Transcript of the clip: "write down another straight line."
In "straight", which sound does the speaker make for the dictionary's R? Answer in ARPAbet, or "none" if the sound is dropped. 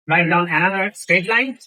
none